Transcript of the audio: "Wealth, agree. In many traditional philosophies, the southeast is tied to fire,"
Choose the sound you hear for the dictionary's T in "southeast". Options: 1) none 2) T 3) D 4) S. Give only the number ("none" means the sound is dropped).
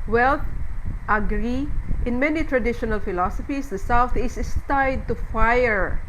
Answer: 1